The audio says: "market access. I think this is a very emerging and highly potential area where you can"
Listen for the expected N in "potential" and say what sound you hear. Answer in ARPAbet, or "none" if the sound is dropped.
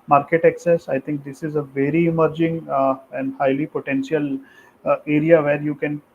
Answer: N